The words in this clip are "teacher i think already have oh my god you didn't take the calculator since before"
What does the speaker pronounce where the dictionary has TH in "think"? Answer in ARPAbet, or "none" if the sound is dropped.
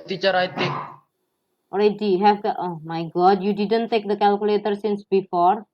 T